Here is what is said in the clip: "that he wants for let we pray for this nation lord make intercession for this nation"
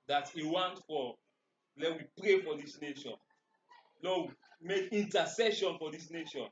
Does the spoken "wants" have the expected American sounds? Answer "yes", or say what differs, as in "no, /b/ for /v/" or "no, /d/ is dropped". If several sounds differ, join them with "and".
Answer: no, /s/ is dropped